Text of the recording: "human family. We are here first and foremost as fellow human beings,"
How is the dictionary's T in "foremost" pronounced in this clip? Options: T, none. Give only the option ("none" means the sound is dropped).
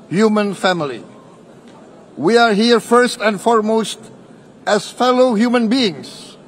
T